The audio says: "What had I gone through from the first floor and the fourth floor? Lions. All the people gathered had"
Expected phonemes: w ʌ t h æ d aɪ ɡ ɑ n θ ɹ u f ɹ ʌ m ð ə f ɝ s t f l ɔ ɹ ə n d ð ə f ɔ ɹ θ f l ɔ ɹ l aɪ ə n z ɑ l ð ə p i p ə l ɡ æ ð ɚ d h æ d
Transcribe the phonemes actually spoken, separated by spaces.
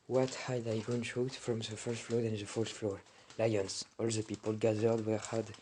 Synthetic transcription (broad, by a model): w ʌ t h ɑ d aɪ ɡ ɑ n t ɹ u f ɹ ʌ m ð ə f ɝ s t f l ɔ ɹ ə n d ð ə f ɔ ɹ t f l ɔ ɹ l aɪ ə n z ɑ l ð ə p i p ə l ɡ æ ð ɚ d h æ d